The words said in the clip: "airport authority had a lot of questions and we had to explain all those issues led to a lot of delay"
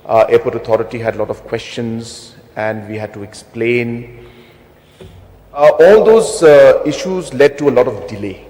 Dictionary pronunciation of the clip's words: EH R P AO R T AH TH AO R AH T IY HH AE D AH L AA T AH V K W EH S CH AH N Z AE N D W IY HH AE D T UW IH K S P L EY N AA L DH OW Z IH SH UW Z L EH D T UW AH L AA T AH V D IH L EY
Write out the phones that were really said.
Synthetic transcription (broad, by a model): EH P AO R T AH T AO R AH T IY HH AE D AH L AA T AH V K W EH S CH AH N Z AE N D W IY HH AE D T UW IH K S P L EY N AA L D OW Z IH SH UW Z L EH D T UW AH L AA T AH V D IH L EY